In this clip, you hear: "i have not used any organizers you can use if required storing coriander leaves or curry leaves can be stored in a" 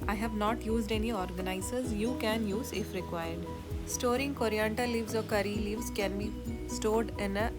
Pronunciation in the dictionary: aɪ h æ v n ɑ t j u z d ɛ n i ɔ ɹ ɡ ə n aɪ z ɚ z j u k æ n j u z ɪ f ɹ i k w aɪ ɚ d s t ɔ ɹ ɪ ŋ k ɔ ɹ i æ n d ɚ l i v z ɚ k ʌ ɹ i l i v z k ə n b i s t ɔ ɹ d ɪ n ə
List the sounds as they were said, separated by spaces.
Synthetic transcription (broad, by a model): aɪ h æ v n ɑ t j u z d ɛ n i ɔ ɹ ɡ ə n aɪ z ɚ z j u k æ n j u z ɪ f ɹ i k w aɪ ɚ d s t ɔ ɹ ɪ ŋ k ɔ ɹ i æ n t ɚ l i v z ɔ k ʌ ɹ i l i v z k ə n b i s t ɔ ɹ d ɪ n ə